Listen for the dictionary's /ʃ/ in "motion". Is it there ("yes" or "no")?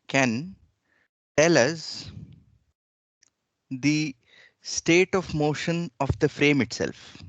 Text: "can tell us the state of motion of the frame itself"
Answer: yes